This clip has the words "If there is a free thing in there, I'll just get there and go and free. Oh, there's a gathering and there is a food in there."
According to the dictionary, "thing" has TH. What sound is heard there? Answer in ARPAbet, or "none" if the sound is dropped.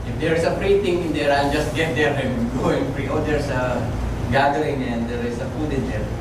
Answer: T